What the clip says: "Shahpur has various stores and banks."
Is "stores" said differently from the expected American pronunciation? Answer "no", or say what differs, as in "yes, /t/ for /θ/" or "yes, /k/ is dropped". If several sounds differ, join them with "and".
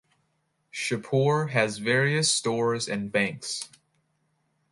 no